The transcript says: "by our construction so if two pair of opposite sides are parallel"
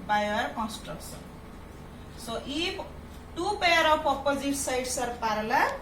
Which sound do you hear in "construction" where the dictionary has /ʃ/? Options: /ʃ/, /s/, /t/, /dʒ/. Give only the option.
/s/